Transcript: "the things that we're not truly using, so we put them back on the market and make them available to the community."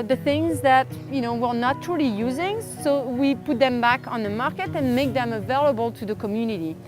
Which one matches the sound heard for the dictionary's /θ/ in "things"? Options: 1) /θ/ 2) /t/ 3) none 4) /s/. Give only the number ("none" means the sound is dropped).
1